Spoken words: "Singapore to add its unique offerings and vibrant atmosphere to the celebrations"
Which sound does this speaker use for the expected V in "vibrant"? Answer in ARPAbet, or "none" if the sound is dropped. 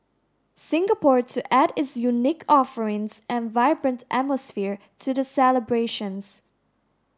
V